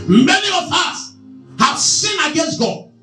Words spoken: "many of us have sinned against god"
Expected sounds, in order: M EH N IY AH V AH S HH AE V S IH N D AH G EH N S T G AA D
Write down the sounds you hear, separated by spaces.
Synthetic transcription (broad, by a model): M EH N IY AH V AH S HH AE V S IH N AH G EH N S T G AA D